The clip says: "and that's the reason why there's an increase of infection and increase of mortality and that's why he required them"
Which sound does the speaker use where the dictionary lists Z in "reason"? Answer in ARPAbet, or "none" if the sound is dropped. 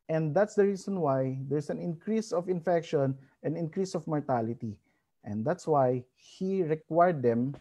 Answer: S